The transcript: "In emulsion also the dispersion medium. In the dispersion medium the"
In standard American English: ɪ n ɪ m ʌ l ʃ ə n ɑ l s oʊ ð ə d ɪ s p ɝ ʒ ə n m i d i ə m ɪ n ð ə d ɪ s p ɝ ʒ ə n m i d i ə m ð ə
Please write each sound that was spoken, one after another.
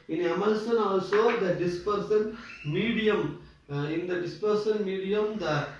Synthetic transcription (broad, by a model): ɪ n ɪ m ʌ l s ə n ɑ l s oʊ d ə d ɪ s p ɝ s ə n m i d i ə m ɪ n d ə d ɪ s p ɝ s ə n m i d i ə m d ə